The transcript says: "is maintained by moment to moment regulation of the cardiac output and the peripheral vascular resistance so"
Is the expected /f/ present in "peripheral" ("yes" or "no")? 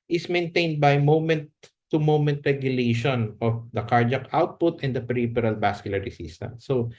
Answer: no